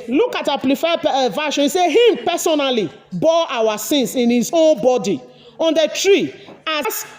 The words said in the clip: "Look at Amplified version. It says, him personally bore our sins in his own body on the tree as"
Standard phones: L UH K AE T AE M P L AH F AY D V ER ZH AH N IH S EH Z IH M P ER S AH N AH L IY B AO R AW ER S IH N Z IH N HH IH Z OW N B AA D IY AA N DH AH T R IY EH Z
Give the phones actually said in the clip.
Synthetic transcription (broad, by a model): L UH K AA T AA P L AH F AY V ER SH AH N S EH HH IH M P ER S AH N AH L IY B AO AW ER S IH N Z IH N HH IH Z OW N B AA D IY AA N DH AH T R IY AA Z